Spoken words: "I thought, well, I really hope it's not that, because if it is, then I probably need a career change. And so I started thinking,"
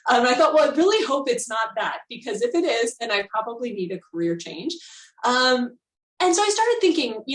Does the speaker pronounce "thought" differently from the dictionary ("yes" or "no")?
no